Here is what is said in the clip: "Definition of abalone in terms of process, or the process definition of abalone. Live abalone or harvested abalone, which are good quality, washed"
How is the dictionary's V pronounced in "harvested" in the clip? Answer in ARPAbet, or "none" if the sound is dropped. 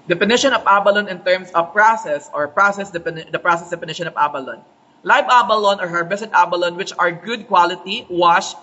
B